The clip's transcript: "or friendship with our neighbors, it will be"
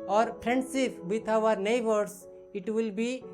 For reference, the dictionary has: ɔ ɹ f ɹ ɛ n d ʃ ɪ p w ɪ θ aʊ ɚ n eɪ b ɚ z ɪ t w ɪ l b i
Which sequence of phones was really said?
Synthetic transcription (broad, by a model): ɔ ɹ p ɹ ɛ n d s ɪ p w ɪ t aʊ ɚ n eɪ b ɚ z ɪ t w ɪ l b i